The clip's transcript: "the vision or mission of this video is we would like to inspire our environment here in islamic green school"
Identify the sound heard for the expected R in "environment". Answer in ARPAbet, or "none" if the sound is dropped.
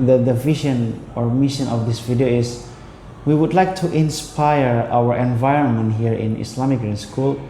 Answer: R